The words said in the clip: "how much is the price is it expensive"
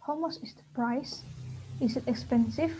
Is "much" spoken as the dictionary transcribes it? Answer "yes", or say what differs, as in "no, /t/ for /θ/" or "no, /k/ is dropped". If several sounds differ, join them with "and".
no, /s/ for /tʃ/